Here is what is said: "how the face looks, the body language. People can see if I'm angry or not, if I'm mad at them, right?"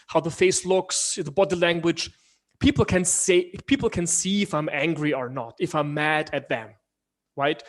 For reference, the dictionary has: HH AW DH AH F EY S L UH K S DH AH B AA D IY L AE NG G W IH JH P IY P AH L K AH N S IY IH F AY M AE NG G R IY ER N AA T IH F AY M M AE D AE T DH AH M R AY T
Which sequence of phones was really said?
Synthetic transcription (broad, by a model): HH AW DH AH F EY S L UH K S DH AH B AA D IY L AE NG G W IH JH P IY P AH L K AH N S IY IH F AY M AE NG G R IY ER N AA T IH F AY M M AE D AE T DH AH M R AY T